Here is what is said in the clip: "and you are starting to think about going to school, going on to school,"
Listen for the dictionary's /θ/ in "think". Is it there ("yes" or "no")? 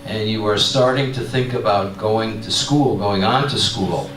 yes